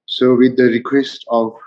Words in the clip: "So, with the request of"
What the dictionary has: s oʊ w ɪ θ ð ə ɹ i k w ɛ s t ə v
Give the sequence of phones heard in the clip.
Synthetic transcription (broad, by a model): s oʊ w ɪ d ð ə ɹ i k w ɛ s t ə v